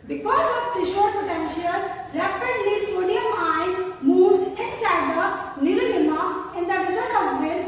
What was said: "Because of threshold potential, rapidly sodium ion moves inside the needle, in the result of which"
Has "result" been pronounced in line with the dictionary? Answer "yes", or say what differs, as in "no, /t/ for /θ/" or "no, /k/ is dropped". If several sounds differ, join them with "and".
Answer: no, /l/ is dropped